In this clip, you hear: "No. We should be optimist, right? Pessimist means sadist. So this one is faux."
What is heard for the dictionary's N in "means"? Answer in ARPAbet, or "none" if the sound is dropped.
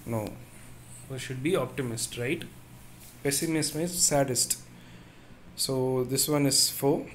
none